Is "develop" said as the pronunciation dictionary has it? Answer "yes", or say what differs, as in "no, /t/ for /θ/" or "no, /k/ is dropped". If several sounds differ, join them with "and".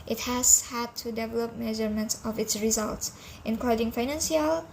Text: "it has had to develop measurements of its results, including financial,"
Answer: yes